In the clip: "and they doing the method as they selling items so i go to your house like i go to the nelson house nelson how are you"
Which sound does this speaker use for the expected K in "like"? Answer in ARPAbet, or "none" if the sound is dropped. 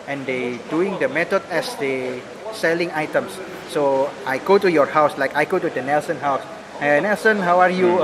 K